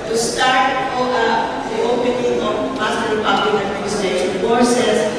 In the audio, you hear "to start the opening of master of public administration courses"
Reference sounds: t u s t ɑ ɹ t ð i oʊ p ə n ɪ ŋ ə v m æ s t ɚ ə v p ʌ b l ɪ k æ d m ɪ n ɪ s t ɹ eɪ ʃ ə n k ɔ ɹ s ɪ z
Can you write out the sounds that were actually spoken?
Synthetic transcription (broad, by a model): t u s t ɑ ɹ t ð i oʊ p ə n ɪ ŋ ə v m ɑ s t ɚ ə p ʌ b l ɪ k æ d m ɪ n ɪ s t eɪ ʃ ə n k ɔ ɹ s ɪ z